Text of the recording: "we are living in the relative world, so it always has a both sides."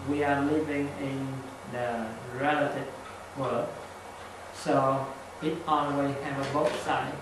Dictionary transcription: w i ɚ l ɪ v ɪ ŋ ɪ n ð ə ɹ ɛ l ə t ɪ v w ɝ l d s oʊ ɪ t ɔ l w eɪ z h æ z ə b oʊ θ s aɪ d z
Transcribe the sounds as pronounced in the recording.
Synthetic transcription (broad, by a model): w i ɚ l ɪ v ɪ ŋ ɪ n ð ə ɹ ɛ l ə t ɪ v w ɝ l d s oʊ ɪ t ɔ n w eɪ h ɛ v ə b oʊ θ s aɪ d